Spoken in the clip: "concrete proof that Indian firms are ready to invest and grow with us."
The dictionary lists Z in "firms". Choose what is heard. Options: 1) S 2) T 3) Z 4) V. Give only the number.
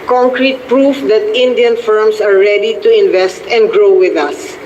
1